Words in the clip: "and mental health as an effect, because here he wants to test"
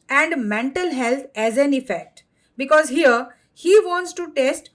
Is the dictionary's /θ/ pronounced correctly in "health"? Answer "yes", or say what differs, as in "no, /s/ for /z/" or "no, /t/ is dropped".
no, /t/ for /θ/